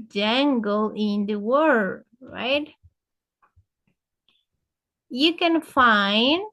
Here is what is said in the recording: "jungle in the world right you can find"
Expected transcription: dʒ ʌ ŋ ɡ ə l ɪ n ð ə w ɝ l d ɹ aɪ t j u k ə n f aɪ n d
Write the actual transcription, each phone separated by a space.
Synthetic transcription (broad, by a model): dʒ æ ŋ ɡ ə l ɪ n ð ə w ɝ d ɹ aɪ t j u k ə n f aɪ n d